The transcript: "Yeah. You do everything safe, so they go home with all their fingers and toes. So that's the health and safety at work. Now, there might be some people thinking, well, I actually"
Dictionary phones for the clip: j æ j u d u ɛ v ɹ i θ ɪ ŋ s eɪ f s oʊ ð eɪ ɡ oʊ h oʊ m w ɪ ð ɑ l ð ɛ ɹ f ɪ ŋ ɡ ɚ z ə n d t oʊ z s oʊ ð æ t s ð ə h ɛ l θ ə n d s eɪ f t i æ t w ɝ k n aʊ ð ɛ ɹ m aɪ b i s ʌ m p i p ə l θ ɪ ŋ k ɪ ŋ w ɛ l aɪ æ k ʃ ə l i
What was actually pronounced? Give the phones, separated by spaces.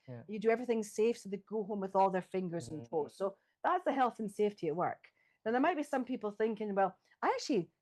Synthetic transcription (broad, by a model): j j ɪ d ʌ ɛ v ɹ i θ ɪ ŋ s eɪ f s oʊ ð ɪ ɡ oʊ h oʊ m w ɪ ð ɑ l ð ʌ ɹ f ɪ ŋ ɡ ɚ z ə n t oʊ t s oʊ ð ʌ t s ð ə h ɛ l θ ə n s eɪ f t i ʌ t w ɝ k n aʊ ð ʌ ɹ m aɪ b i s ʌ m p i p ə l θ ɪ ŋ k ɪ ŋ w ɛ l aɪ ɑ k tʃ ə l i